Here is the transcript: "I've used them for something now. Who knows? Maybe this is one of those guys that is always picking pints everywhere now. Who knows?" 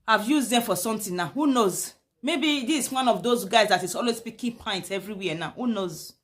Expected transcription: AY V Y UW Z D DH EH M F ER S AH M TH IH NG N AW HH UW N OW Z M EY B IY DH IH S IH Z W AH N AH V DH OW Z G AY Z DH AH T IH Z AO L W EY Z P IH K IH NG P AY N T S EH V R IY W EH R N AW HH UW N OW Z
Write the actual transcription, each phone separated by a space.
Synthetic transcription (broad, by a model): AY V Y UW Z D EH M F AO S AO M T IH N N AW HH UW N OW Z M EY B IY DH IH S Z W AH N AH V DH OW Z G AY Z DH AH T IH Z AO L W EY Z P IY K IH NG P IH N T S EH V R IY W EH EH N AW HH UW N OW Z